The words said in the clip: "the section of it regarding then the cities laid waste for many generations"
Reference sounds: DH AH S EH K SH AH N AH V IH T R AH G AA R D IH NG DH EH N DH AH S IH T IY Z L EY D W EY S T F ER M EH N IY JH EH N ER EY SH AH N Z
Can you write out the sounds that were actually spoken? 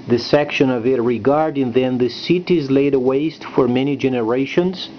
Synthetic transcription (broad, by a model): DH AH S EH K SH AH N AH V IH T R AH G AA R D IH NG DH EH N DH AH S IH T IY Z L EY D W EY S T F ER M EH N IY JH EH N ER EY SH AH N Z